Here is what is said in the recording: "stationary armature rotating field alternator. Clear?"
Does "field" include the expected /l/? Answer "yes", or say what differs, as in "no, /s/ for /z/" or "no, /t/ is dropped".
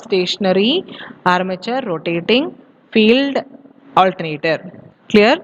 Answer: yes